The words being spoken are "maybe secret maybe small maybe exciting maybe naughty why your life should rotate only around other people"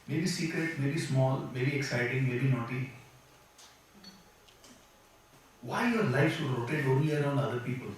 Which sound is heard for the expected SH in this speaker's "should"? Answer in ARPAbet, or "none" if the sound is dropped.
S